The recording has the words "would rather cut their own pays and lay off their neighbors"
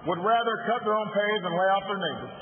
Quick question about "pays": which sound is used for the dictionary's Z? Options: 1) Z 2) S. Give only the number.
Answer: 1